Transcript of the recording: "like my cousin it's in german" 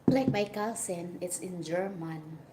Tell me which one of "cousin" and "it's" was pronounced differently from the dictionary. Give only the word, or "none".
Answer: cousin